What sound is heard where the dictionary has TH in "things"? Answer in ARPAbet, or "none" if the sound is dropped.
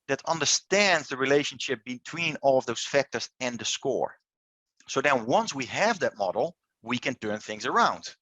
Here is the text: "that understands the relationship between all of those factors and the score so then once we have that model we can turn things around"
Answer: TH